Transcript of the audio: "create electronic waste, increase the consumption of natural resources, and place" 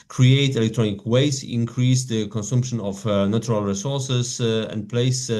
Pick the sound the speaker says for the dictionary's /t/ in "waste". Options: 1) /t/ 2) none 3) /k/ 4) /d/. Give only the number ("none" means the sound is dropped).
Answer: 2